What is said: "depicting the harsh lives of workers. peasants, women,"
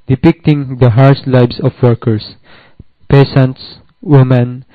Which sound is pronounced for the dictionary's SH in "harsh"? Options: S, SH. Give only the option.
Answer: S